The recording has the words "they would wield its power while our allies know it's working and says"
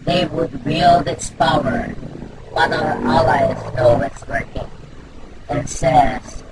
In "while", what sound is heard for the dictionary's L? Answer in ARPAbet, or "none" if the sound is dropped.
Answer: N